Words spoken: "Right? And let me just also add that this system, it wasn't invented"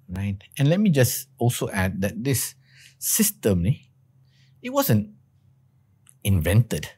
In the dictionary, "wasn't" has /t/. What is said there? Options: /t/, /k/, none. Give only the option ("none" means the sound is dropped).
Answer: /t/